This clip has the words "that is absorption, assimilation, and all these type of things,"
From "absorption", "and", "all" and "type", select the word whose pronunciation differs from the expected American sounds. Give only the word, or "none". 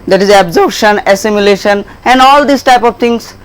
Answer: absorption